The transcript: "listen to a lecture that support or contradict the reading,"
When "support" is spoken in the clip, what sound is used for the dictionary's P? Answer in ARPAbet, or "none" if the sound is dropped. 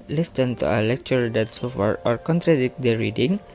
F